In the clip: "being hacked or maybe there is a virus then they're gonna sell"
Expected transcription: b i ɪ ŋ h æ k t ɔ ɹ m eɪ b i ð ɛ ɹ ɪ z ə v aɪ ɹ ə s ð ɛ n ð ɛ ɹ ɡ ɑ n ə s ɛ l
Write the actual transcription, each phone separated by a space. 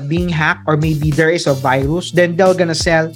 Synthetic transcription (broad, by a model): b i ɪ ŋ h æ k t ɔ ɹ m eɪ b i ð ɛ ɹ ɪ s ə v aɪ ɹ ə s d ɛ n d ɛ l ɡ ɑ n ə s ɛ l